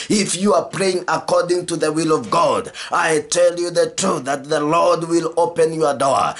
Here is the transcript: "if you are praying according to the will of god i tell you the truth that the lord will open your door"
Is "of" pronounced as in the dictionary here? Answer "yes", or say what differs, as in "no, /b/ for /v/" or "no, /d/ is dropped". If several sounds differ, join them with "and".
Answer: yes